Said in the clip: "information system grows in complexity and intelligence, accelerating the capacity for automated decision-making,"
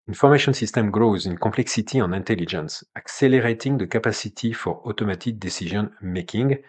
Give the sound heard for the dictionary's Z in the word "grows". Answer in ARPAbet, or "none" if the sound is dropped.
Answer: Z